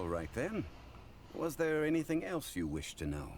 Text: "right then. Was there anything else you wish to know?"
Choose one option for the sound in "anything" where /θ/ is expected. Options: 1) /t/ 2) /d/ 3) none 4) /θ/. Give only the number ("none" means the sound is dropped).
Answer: 4